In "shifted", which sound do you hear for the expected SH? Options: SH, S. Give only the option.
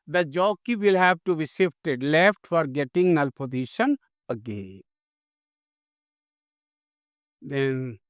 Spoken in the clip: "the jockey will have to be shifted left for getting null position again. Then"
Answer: S